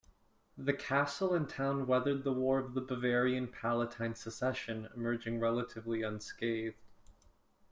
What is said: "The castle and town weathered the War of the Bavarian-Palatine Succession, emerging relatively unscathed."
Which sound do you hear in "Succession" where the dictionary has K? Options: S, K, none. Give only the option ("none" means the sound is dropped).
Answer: none